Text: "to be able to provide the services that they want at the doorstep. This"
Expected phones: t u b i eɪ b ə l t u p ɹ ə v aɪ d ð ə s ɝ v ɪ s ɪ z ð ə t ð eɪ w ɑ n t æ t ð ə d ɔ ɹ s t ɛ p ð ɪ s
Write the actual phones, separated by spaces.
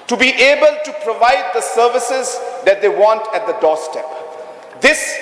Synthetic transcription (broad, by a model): t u b i eɪ b ə l t u p ɹ ə v aɪ d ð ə s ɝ v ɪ s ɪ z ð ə t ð eɪ w ɑ n t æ t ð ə d ɔ s t ɛ p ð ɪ s